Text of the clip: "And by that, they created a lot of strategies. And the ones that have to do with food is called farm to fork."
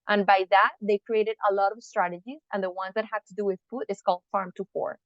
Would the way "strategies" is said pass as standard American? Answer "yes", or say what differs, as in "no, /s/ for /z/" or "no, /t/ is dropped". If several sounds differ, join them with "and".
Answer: yes